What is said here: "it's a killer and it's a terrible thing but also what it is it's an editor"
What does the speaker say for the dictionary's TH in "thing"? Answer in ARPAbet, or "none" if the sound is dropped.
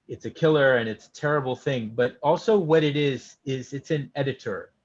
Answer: TH